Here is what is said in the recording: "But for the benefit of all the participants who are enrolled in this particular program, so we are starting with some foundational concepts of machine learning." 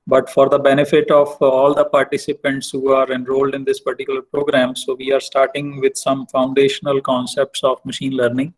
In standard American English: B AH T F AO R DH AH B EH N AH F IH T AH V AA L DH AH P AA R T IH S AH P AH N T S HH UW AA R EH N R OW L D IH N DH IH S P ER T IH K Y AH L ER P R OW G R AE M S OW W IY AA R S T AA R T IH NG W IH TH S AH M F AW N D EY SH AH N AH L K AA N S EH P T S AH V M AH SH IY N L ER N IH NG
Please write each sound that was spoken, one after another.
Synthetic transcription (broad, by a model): B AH T F AO R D AH B EH N AH F IH T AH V AA L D AH P AA R T IH S AH P AH N T S HH UW AA R EH N R OW L D IH N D IH S P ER T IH K Y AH L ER P R OW G R AE M S OW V IY AA R S T AA R T IH NG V IH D S AH M F AW N D EY SH AH N AH L K AA N S EH P T S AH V M AH SH IY N L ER N IH NG